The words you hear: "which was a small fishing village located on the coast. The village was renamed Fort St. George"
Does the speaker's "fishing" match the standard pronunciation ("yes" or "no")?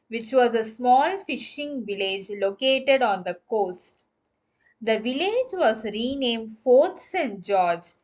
yes